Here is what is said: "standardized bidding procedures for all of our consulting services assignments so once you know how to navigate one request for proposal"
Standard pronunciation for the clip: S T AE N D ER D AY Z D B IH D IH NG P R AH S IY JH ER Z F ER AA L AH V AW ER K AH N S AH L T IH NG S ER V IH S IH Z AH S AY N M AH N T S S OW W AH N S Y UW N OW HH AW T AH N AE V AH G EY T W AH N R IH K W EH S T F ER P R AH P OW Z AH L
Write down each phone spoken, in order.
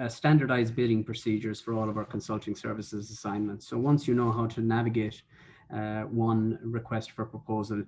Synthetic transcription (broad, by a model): S T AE N D ER D AY Z B IH D IH NG P R AH S IY JH ER Z F ER AA L AH V AW ER K AH N S AH L T IH NG S ER V IH S IH Z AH S AY N M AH N T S S OW W AH N S Y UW N OW HH AW T AH N AE V AH G EY T W AH N R IH K W EH S T F ER P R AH P OW Z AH L